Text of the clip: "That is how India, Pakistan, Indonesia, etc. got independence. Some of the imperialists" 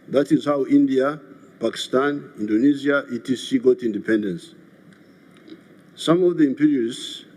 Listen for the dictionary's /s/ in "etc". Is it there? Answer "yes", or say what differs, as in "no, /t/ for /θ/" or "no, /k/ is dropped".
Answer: no, /s/ is dropped